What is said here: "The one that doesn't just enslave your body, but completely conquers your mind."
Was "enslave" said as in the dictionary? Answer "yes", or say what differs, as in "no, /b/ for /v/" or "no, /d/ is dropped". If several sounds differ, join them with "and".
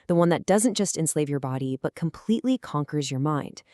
yes